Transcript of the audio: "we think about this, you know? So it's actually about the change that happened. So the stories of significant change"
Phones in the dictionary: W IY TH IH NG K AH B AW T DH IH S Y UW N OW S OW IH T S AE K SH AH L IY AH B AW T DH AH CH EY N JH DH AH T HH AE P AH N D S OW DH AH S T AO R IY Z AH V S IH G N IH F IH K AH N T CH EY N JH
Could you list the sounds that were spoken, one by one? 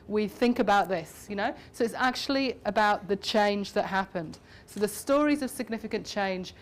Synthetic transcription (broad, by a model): W IY TH IH NG K AH B AW T DH IH S Y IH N OW S OW IH T S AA K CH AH L IY AH B AW T DH AH CH EY N JH DH AH T HH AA P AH N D S OW DH AH S T AO R IY Z AH V S IH G N IH F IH K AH N CH EY N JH